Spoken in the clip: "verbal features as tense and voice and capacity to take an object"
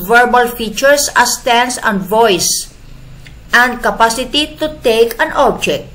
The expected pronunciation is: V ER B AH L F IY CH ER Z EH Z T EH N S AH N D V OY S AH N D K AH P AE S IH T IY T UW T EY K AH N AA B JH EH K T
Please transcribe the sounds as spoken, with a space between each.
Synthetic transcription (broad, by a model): V ER B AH L F IY CH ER S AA S T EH N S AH N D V OY S AH N D K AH P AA S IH T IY T UW T EY K AH N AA B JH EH K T